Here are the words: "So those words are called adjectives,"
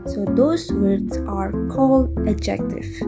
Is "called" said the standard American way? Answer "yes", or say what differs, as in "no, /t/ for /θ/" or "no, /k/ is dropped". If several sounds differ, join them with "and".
no, /d/ is dropped